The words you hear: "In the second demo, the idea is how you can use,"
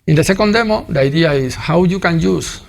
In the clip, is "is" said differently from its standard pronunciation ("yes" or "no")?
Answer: yes